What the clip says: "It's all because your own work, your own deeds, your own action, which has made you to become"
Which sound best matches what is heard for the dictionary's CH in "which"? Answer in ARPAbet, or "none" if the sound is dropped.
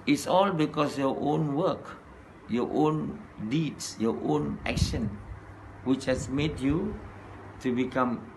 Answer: CH